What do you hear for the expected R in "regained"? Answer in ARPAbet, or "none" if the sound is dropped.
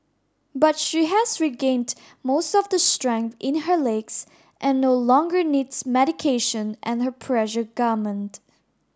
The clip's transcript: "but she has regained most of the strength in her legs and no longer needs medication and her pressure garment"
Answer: R